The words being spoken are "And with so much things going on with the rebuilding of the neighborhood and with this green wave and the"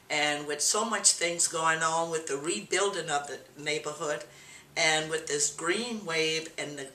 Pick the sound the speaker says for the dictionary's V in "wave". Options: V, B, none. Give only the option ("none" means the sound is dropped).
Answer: V